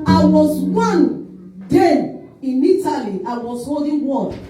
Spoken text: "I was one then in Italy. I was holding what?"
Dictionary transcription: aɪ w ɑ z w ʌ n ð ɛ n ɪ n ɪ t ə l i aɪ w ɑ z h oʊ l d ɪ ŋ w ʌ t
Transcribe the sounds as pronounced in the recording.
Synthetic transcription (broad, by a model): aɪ w ɑ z w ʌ n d ɛ ɪ n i t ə l i aɪ w ɑ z h oʊ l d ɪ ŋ w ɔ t